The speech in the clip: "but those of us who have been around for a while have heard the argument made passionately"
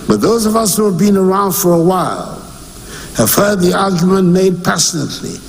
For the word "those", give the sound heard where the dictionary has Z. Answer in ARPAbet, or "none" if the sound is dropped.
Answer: Z